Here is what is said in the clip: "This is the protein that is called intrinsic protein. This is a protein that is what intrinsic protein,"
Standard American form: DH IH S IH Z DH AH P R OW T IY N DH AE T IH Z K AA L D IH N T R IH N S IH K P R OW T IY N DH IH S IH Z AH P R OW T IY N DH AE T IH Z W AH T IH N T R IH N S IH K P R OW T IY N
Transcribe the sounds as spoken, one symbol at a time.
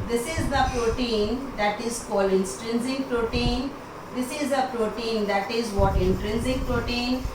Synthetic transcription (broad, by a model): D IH S IH Z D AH P R OW T IY N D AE T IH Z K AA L IH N T R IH N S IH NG P R OW T IY N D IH S IH Z AH P R OW T IY N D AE T IH Z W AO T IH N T R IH N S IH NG P R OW T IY N